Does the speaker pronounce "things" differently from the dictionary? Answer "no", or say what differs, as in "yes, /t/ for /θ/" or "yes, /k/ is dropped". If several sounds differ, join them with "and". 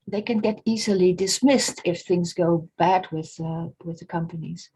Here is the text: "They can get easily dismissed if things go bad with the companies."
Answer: no